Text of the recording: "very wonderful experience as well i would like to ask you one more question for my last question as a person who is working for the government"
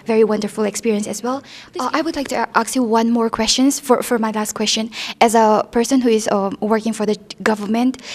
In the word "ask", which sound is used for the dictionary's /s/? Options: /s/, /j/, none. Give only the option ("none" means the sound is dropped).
none